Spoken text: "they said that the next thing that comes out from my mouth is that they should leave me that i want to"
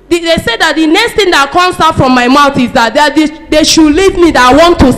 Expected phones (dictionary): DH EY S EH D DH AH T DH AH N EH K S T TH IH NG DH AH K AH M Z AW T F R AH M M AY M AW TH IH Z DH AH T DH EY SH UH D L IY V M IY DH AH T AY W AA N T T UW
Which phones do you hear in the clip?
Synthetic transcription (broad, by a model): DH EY S EH D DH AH T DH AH N EH K S T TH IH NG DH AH K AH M S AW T F R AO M M AY M AW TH IH Z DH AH T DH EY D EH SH L IY V M IY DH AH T AY W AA N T T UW